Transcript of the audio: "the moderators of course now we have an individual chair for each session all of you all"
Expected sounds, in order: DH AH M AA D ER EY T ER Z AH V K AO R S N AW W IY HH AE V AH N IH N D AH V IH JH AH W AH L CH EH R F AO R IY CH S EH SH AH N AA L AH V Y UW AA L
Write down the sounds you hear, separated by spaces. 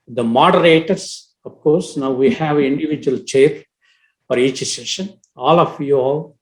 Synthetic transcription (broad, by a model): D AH M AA D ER EY T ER S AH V K AO R S N AW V IY HH AE V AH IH N D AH V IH JH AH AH L CH EH R F AO R IY CH S EH SH AH N AA L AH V Y UW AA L